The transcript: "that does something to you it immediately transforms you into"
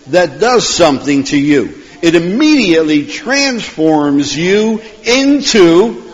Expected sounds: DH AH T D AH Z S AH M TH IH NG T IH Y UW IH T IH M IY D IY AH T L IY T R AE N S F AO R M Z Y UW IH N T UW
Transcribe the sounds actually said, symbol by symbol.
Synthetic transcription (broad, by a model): DH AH T D AH Z S AH M TH IH NG T IH Y UW IH T IH M IY D IY AH T L IY T R AE N S F AO R M Z Y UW IH N T UW